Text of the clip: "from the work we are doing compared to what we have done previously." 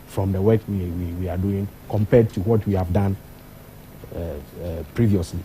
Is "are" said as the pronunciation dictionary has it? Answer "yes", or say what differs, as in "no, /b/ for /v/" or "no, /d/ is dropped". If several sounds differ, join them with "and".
no, /w/ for /ɹ/